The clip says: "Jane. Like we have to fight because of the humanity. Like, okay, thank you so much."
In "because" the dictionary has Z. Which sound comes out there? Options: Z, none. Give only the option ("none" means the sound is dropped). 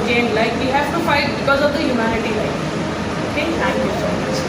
Z